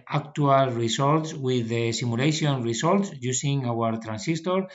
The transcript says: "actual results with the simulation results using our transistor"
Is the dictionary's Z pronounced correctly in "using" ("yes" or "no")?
no